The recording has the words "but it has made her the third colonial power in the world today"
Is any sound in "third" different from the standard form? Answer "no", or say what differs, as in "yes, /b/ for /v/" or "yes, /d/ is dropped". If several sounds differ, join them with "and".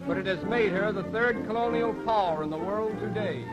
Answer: no